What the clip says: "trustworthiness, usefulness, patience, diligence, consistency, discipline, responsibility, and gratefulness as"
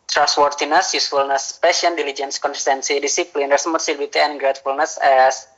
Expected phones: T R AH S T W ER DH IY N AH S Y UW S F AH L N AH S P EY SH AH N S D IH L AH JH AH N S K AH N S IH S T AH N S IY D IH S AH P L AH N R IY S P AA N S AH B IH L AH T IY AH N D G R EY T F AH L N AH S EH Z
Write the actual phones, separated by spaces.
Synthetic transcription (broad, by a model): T R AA S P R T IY N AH S Y UW S F AH L N AH S P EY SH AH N D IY L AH JH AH N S K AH N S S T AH N S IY D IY S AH P L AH N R S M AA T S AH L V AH T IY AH N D G R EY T F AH L N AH S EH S